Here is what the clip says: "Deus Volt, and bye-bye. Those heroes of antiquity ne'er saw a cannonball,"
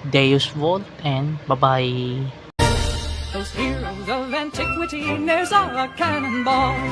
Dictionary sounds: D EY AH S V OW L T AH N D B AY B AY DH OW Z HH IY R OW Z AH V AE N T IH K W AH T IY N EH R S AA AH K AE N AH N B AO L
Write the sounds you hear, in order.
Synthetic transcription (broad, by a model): D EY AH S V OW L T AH N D B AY B AY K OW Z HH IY L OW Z AH V AE N T IH K W AH T IY N EH R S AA AH K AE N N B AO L